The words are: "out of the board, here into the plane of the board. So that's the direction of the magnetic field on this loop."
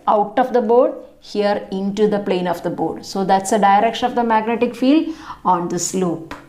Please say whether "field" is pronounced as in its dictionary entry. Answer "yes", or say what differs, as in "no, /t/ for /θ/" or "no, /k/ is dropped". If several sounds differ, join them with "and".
yes